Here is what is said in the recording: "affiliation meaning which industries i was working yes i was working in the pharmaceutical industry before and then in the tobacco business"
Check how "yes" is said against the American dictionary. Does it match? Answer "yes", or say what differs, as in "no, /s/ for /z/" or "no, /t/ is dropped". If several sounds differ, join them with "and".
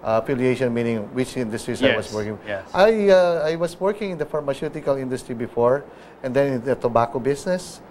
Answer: no, /s/ is dropped